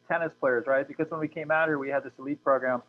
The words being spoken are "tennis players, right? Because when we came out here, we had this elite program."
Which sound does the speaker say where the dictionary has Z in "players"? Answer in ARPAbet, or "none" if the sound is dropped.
Z